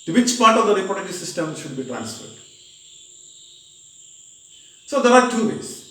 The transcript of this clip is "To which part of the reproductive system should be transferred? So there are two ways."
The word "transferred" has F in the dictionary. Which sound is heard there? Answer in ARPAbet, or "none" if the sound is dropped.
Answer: F